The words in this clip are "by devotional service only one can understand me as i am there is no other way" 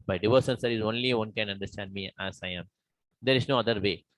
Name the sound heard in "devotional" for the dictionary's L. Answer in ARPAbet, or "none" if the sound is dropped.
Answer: N